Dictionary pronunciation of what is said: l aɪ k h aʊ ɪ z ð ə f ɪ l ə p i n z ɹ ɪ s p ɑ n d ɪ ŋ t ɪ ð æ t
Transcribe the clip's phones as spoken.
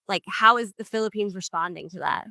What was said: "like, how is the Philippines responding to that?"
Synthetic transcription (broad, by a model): l aɪ k h aʊ ɪ z ð ə f ɪ l ə p i n z ɹ ɪ s p ɑ n d ɪ ŋ t ɪ ð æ t